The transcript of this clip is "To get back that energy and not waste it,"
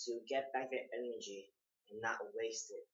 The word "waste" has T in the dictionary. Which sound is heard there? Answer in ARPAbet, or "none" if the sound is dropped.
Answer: T